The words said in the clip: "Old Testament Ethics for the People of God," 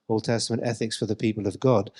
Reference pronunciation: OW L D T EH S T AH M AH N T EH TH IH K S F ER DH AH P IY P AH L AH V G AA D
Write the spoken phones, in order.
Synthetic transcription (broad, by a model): OW L T EH S T AH M AH N T EH TH IH K S F ER DH AH P IY P AH L AH V G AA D